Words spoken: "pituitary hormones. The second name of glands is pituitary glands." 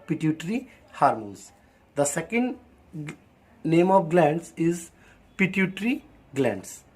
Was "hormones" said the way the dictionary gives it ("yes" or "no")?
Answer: no